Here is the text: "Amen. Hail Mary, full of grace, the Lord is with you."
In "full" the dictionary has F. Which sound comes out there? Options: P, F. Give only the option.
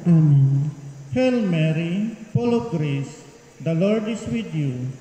P